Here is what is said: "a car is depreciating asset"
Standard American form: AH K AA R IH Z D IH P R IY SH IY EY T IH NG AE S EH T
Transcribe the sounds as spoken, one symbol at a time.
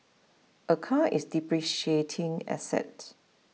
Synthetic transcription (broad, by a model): AH K AA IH S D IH P R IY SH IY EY T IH NG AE S EH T